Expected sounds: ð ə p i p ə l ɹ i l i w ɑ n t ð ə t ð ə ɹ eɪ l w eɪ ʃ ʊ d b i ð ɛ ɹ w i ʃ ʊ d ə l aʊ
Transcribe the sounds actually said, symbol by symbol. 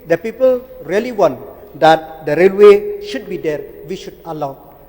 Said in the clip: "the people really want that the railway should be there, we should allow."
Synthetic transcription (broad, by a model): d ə p i p ə l ɹ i l i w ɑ n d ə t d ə ɹ eɪ l w eɪ ʃ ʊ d b i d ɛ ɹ w i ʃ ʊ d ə l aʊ